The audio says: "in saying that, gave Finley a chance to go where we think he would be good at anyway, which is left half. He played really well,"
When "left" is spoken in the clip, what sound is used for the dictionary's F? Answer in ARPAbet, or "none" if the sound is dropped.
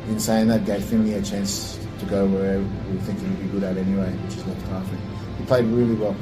none